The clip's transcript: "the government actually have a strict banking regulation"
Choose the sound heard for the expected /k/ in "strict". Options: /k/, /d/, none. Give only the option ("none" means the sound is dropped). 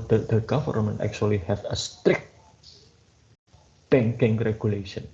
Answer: /k/